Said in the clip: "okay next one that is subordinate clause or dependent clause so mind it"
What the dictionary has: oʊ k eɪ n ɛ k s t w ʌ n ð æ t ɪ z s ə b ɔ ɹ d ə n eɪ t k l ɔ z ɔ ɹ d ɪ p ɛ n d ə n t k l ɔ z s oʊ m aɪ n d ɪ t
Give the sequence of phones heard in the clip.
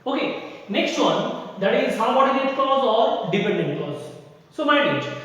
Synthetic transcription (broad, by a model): oʊ k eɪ n ɛ k s t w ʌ n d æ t ɪ z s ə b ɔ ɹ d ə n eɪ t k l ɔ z ɔ ɹ d ɪ p ɛ n d ə n t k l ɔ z s oʊ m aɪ d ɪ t